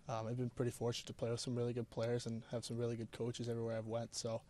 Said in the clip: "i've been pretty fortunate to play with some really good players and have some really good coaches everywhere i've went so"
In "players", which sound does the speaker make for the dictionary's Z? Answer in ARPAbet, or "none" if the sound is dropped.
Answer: Z